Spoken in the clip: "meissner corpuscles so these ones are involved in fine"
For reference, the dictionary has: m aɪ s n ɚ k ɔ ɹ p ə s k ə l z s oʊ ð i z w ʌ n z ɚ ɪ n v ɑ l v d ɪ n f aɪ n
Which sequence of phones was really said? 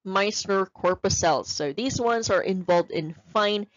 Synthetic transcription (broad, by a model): m aɪ s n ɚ k ɔ ɹ p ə s ə l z s oʊ ð i z w ʌ n z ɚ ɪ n v ɑ l v d ɪ n f aɪ n